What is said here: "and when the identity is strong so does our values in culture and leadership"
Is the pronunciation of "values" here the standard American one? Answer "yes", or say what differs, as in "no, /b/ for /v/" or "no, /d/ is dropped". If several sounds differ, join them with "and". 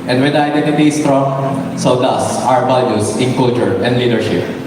no, /b/ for /v/ and /s/ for /z/